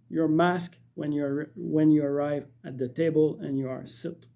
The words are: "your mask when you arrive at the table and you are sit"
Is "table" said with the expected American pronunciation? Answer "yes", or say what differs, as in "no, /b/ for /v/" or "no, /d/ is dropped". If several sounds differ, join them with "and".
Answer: yes